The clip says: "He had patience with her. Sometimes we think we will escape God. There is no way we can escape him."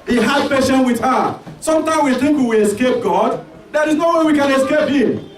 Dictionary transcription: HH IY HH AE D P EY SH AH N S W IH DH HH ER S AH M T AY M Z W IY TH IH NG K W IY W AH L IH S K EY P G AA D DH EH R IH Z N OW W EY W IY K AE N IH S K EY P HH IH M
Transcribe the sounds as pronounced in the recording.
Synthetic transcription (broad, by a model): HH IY HH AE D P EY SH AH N W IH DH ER S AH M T AY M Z W IY TH IH NG K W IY W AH IH S K EY P G AA D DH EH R IH Z N OW W EY W IY K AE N IH S K EY P HH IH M